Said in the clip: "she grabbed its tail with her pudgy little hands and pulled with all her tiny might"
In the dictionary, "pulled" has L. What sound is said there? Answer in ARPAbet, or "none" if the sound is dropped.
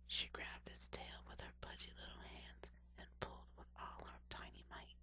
L